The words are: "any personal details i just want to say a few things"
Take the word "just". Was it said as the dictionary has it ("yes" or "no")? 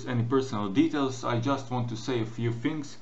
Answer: yes